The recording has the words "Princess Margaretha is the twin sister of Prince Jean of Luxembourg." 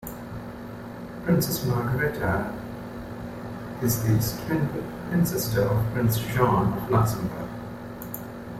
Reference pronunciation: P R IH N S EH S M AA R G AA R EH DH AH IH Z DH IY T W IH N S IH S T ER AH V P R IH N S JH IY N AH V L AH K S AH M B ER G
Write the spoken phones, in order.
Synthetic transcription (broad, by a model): P R IH N S EH S M AA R G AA R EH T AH IH Z DH IY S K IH N S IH S T ER AH V P R IH N S SH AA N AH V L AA S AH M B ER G